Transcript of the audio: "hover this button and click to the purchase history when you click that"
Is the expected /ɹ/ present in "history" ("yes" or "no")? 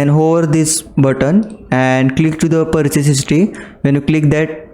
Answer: no